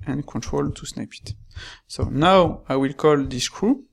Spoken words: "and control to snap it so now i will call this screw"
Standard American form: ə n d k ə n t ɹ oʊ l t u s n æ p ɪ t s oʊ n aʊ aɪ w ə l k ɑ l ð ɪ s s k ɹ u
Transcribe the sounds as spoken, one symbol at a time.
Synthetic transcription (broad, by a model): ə n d k ə n t ɹ oʊ l t u s n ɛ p ɪ t s oʊ n aʊ aɪ w ə l k ɑ l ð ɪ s s k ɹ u